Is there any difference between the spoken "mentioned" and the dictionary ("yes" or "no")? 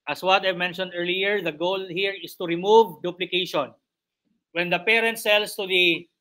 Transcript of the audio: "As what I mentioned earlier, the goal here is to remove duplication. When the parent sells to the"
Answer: no